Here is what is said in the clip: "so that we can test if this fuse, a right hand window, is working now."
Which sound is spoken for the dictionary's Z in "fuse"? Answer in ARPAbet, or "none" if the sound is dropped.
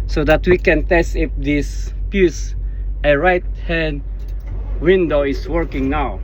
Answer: S